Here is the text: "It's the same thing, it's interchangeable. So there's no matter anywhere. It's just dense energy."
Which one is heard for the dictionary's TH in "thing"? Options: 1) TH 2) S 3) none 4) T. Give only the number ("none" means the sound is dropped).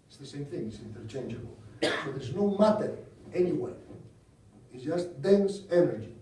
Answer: 1